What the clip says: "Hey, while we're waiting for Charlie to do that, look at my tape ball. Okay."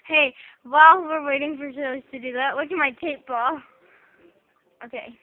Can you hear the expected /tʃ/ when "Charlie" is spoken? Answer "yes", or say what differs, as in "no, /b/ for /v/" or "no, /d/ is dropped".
no, /ʃ/ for /tʃ/